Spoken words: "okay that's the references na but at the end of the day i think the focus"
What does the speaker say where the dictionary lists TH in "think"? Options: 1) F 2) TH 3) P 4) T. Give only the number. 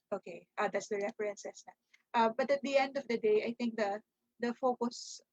4